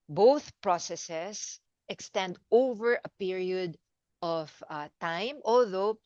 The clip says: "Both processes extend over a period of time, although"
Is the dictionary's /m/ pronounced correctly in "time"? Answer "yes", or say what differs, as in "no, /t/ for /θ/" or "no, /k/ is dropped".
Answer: yes